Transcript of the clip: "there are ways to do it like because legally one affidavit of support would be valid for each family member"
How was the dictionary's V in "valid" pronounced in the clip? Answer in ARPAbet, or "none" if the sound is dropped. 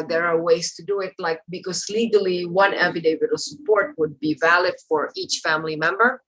V